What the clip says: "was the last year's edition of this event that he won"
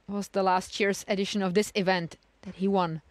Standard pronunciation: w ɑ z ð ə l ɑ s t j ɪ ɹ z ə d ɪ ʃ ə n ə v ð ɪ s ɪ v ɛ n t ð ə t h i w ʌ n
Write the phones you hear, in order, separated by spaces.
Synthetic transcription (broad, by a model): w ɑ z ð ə l ɑ s t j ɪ ɹ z ə d ɪ ʃ ə n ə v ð ɪ s ɪ v ɛ n t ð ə t h i w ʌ n